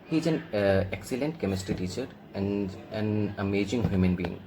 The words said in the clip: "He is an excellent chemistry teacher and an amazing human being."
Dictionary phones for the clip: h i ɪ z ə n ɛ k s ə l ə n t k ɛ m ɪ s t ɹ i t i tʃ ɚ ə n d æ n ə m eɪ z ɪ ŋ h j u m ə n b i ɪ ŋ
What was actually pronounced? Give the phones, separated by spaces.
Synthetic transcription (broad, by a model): h i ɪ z ə n ɛ k s ə l ə n t k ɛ m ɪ s t i t i tʃ ɚ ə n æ n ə m eɪ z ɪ ŋ h j u m ə n b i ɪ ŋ